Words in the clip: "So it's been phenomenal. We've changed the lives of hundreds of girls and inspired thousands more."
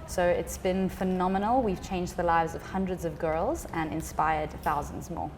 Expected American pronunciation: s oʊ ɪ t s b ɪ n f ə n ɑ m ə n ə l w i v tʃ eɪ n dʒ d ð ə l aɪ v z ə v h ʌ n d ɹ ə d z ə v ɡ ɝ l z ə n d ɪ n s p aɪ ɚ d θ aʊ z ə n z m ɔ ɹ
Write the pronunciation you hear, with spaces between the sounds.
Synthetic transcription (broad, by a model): s oʊ ɪ t s b ɪ n f ə n ɑ m ə n ə l w i v tʃ eɪ n dʒ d ð ə l aɪ v z ə v h ʌ n d ɹ ə d z ə v ɡ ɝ l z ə n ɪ n s p aɪ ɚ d θ aʊ z ə n z m ɔ